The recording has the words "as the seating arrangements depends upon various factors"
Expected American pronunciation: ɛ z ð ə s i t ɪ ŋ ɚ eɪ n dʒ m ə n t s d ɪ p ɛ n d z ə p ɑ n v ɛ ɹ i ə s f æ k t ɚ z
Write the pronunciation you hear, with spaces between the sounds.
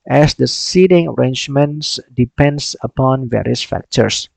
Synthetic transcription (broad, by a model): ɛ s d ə s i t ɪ ŋ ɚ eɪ n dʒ m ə n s d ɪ p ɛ n d s ə p ɑ n v ɛ ɹ i ə s f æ k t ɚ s